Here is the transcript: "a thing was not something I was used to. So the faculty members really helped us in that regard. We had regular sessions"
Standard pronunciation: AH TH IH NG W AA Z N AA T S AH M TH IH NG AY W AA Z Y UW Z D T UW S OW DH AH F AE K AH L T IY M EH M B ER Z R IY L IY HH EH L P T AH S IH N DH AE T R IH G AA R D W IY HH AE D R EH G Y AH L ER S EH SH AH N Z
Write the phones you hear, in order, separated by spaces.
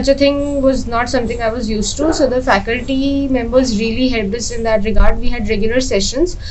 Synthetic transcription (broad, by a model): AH T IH NG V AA Z N AA T S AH M T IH NG AY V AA Z Y UW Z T T UW S OW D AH F AE K AH L T IY M EH M B ER Z R IY L IY HH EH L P AH S IH N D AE T R IH G AA R D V IY HH AE D R EH G Y AH L ER S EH SH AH N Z